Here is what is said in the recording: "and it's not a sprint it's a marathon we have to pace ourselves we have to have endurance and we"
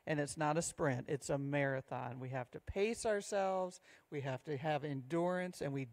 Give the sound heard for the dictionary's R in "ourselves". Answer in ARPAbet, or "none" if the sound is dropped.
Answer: R